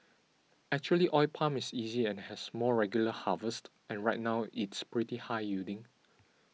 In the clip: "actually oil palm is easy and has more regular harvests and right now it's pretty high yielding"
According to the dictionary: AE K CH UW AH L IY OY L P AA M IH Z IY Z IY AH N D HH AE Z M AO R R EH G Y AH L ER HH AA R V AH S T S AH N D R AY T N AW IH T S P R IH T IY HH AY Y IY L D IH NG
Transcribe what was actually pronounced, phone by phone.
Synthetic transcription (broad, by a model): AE K CH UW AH L IY OY P AA M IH S IY Z IY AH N HH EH S M AO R R EH G Y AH L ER HH AA V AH S T AH N R AY T N AW IH T S P R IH T IY HH AY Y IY D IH NG